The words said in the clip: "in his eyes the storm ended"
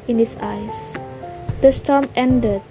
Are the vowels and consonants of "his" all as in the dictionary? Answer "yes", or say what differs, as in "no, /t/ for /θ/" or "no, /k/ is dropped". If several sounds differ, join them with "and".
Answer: no, /s/ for /z/